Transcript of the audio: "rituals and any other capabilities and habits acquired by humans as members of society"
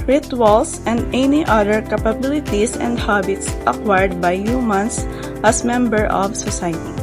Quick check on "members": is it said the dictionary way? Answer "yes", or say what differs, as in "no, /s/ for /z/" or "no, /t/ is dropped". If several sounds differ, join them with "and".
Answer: no, /z/ is dropped